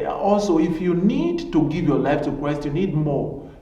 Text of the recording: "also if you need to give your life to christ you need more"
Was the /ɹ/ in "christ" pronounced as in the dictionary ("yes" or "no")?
no